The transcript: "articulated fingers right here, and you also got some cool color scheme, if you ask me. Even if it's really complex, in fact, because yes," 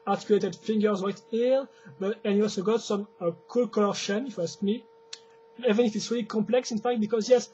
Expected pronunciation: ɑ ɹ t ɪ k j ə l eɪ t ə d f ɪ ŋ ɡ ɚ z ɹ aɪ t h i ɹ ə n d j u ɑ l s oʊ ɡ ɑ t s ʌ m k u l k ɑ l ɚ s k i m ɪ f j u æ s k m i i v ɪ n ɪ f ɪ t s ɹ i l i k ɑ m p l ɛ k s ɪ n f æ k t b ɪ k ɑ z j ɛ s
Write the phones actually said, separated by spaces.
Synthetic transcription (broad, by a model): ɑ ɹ t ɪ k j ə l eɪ t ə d f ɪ ŋ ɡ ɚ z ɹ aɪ t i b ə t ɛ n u ɑ l s oʊ ɡ ɑ t s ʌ m k u l k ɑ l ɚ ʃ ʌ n ɪ f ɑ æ s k m i i v ɪ n ɪ f ɪ t s ɹ i l i k ɑ m p l ɛ k s ɪ n f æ k t b ɪ k ɑ z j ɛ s